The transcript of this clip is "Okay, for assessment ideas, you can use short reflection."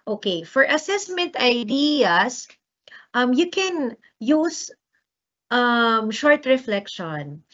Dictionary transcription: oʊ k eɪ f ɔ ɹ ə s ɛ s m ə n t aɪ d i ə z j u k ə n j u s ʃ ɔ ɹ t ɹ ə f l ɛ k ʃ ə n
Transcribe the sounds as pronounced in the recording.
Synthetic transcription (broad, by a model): oʊ k eɪ f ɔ ɹ ə s ɛ s m ə n t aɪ d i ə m j u k ə n j u s ʃ ɔ ɹ t ɹ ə f l ɛ k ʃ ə n